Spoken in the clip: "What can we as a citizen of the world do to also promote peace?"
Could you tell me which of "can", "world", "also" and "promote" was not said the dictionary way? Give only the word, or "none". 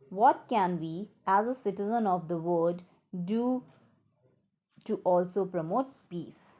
world